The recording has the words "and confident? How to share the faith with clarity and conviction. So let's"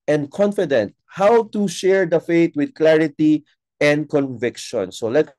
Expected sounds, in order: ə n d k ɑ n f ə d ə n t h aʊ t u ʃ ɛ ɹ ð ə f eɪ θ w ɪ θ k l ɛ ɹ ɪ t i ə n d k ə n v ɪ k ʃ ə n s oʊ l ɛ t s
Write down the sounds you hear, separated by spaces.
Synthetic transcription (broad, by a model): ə n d k ɑ n f ə d ə n t h aʊ t u ʃ ɛ ɹ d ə f eɪ t w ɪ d k l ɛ ɹ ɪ t i ə n d k ə n v ɪ k ʃ ə n s oʊ l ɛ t